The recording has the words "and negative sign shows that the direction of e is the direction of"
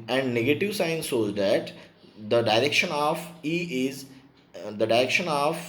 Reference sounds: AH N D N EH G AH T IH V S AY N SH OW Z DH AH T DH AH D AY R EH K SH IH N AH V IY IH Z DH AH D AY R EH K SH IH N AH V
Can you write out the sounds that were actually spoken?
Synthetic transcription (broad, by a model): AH N D N EH G AH T IH V S AY N S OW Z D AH T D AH D AY R EH K SH IH N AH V IY IH Z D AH D AY R EH K SH IH N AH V